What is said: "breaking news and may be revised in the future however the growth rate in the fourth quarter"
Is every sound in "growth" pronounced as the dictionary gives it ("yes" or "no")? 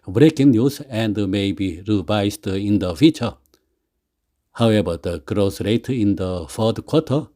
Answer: no